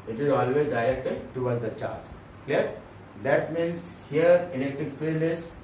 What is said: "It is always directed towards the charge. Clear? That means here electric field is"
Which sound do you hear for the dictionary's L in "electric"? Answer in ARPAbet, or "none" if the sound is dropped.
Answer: N